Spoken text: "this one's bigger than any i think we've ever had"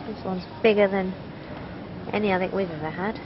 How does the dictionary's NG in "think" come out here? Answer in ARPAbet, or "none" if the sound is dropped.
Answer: none